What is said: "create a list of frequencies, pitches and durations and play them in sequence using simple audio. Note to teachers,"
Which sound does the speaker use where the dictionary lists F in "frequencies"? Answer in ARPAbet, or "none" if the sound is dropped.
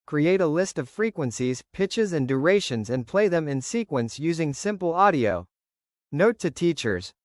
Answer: F